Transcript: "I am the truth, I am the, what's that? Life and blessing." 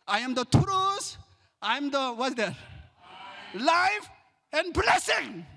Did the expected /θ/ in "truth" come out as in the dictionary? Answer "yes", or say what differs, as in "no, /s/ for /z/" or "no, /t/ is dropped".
no, /s/ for /θ/